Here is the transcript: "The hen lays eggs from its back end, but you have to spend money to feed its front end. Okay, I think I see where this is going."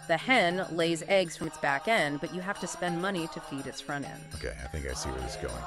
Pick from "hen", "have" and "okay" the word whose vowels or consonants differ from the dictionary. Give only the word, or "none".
have